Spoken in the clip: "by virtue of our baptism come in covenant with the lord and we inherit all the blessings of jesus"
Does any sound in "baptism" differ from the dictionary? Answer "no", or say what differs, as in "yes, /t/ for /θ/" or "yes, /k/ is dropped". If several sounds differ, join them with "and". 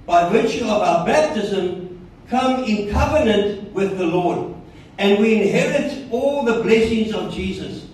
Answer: no